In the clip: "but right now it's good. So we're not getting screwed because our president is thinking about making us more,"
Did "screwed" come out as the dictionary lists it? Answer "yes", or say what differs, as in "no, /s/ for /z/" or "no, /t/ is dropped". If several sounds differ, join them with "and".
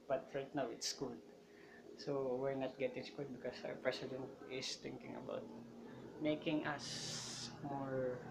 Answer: no, /ɹ/ is dropped